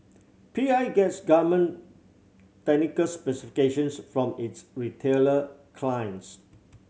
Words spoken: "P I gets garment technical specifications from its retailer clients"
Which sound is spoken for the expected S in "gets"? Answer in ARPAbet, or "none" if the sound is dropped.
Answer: S